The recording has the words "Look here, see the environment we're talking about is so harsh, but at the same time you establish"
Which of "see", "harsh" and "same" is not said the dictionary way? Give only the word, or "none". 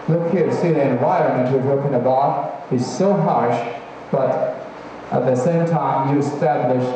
none